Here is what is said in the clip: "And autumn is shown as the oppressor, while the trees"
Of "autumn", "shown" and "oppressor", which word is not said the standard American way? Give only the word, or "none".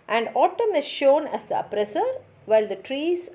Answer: none